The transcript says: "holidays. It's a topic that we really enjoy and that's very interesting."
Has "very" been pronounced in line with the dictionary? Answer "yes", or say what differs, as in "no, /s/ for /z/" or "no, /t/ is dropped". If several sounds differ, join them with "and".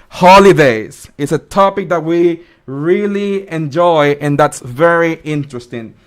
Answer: yes